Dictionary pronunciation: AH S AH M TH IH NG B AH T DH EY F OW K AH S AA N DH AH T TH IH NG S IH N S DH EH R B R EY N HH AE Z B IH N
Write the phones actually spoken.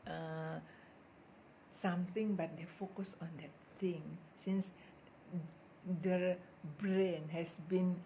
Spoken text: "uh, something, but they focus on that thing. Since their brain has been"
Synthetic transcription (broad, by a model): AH S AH M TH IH NG B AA T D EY F OW K AH S AA N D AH T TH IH NG S IH N S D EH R B R EY N HH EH S B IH N